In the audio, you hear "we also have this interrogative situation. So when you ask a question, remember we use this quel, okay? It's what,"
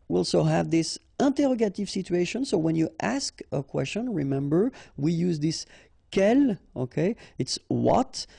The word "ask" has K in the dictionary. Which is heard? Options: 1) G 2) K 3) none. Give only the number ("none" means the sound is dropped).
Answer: 2